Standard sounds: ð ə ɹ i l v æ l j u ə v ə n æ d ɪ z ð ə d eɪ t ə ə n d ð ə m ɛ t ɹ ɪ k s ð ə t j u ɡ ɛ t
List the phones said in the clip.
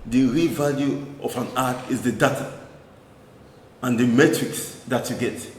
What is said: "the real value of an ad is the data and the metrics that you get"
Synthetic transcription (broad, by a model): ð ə ɹ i v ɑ l j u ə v ə n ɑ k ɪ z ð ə d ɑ t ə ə n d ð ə m ɛ t ɹ ɪ k s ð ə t j u ɡ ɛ t